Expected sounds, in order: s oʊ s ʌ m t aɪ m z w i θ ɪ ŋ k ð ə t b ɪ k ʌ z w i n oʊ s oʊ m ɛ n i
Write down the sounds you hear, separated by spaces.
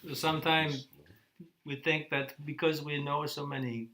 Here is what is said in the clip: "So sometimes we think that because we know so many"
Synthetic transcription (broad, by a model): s s ʌ m t aɪ m z w i θ ɪ ŋ k ð ə t b ɪ k ʌ z w i n oʊ s oʊ m ɛ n i